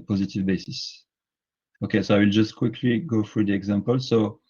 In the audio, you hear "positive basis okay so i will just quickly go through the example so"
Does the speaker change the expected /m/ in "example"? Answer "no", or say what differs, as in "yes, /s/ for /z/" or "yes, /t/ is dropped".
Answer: no